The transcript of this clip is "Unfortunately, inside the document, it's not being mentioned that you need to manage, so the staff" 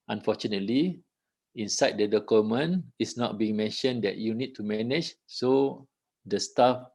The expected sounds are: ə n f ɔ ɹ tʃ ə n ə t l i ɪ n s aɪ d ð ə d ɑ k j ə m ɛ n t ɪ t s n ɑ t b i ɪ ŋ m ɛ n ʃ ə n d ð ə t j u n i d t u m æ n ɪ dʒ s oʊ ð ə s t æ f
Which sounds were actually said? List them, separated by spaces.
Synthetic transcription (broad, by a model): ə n f ɔ tʃ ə n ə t l i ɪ n s aɪ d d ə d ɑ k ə m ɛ n ɪ s n ɑ t b i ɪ ŋ m ɛ n ʃ ə n d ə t j u n i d t u m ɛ n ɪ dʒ s oʊ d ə s t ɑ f